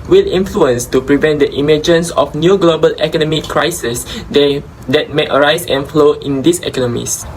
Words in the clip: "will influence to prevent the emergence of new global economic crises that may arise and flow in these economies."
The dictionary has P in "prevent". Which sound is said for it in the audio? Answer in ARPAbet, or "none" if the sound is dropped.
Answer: P